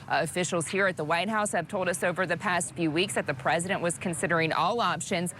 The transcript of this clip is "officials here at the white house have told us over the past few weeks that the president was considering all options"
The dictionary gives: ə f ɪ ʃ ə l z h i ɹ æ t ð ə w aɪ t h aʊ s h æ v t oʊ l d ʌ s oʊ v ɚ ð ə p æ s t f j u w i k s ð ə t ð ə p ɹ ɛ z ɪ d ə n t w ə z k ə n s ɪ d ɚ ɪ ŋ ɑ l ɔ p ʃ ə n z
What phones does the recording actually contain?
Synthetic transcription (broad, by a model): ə f ɪ ʃ l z h i ɹ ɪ t ð ə w aɪ t h aʊ s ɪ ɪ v t oʊ l d ʌ s oʊ v ɚ ð ə p æ s t f j u w i k s ð ə t ð ə p ɹ ɛ z ɪ d ə n t w ə z k ə n s ɪ d ɚ ɪ ŋ ɑ l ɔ p ʃ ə n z